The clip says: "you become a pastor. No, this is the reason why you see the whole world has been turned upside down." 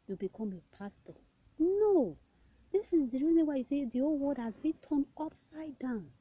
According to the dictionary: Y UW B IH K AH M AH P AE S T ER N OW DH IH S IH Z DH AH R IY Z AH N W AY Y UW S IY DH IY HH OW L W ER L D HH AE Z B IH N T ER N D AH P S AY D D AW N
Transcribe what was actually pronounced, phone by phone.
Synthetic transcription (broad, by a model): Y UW B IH K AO M AH P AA S T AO N OW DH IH S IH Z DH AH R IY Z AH W AY Y UW S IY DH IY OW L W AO D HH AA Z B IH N T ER N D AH P S AY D D AW N